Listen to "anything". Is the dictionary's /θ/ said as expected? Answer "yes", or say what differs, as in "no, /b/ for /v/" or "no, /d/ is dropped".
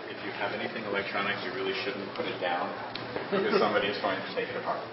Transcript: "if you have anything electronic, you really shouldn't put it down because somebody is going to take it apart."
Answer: yes